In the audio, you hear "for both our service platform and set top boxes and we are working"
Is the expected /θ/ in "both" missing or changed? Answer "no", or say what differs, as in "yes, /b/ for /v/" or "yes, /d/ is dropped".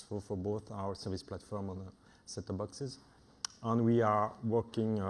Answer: no